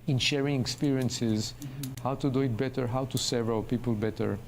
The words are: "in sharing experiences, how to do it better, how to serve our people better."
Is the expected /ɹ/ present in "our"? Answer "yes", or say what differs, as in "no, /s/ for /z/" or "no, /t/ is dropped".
no, /l/ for /ɹ/